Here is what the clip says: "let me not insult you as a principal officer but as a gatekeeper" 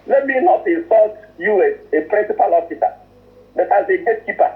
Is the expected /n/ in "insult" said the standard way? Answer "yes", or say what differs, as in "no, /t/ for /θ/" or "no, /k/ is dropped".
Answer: no, /n/ is dropped